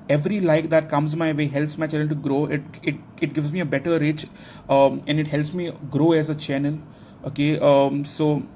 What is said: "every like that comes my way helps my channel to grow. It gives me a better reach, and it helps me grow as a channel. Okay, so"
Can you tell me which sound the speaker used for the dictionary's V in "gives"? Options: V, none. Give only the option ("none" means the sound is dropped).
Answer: V